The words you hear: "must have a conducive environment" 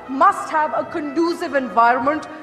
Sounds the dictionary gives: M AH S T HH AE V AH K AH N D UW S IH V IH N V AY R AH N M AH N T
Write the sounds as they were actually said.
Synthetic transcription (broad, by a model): M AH S T HH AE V AH K AH N D UW S IH V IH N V AY R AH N M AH N T